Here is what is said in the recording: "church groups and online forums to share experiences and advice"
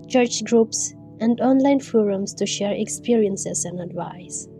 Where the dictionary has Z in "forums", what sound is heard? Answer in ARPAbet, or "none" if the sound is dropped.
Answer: S